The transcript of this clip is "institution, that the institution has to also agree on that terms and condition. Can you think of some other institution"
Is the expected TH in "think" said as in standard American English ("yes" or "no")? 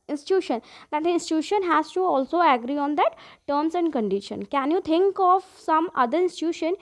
no